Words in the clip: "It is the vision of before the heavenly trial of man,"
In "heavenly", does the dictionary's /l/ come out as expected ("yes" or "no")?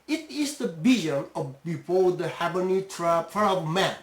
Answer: no